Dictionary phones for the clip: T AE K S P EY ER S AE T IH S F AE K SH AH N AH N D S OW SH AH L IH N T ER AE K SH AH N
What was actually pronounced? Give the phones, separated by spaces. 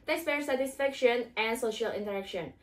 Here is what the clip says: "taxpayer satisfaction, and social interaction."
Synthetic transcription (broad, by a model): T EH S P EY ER S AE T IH S F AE K SH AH N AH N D S OW SH AH L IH N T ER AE K SH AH N